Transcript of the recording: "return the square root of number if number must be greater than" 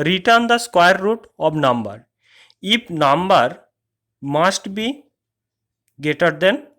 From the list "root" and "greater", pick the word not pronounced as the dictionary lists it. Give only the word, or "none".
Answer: greater